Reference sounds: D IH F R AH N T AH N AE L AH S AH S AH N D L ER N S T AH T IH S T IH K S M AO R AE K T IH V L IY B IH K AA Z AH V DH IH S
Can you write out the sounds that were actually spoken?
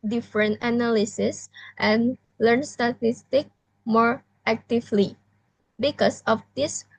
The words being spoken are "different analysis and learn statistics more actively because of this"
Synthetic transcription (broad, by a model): D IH F R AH N T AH N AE L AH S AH S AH N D L ER N S T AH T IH S T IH K M AO R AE K T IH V L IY B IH K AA S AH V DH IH S